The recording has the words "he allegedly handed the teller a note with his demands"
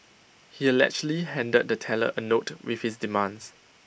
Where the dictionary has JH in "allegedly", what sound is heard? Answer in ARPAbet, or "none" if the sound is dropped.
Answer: CH